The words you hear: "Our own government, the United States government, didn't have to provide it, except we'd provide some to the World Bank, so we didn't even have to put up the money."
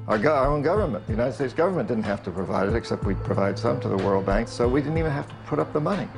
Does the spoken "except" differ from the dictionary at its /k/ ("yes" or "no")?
no